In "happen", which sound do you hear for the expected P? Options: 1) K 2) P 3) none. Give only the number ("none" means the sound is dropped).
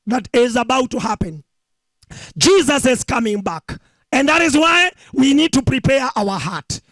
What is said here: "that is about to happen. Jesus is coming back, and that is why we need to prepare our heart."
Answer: 2